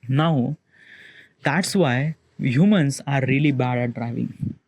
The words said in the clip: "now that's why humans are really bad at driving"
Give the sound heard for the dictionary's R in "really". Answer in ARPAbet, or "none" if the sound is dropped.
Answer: R